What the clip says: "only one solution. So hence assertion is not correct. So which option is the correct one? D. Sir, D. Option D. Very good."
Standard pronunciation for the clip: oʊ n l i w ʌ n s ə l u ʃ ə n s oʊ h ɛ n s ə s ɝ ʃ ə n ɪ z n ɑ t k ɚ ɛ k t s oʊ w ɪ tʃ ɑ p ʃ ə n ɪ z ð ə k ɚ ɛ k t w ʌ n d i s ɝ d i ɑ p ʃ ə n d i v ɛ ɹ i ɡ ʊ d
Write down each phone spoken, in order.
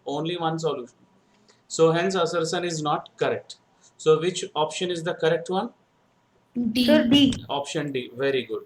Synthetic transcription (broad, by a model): oʊ n l i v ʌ n s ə l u ʃ ə n s oʊ h ɛ n s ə s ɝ s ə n ɪ z n ɑ t k ɚ ɛ k t s oʊ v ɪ tʃ ɑ p ʃ ə n ɪ z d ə k ɚ ɛ k t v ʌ n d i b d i ɑ p ʃ ə n d i v ɛ ɹ i ɡ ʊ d